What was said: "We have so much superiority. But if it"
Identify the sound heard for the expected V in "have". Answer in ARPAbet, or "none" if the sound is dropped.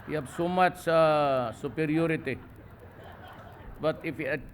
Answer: B